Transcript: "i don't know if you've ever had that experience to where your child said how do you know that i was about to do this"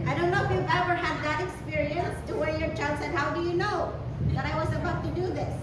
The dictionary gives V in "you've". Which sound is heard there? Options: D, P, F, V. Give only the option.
V